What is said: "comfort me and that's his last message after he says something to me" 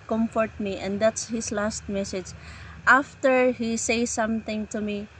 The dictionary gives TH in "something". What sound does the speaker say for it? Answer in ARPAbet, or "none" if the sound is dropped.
T